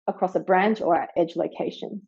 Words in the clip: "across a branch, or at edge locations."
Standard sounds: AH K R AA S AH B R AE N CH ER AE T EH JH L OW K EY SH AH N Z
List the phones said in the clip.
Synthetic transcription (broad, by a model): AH K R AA S AH B R AE N CH ER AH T EH JH L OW K EY SH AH N